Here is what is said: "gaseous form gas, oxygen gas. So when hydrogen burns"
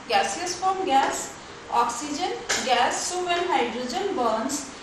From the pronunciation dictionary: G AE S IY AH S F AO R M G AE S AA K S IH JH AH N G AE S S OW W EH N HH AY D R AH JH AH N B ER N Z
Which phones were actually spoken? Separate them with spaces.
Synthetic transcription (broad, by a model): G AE S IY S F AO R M G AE S AA K S IH JH AH N G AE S S OW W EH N HH AY D R AH JH AH N B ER N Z